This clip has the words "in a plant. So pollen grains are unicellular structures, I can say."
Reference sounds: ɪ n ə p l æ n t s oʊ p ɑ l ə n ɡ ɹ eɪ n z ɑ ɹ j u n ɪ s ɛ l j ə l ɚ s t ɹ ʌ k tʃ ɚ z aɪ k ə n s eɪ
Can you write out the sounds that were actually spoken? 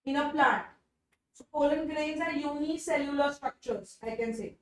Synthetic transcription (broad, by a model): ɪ n ə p l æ t s oʊ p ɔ l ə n ɡ ɹ eɪ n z ɑ ɹ j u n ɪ s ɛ l j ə l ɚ s t ɹ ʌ k tʃ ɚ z aɪ k ə n s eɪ